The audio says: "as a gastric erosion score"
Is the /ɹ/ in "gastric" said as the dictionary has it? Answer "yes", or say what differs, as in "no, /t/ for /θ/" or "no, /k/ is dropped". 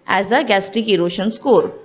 no, /ɹ/ is dropped